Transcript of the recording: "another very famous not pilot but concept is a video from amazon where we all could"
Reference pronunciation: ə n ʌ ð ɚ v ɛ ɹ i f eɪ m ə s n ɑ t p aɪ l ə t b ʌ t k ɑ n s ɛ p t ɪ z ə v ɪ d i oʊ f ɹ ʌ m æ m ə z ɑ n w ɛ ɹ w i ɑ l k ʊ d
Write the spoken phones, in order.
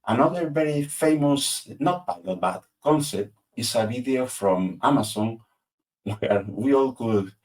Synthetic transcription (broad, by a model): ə n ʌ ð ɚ v ɛ ɹ i f eɪ m ə s n ɑ t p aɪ n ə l b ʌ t k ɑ n s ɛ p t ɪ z ə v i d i oʊ f ɹ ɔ m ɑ m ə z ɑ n w ɛ ɹ w i ɑ l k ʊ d